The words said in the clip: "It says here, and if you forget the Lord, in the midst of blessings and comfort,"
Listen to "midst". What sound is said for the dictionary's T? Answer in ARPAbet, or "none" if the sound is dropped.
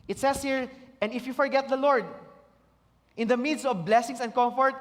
none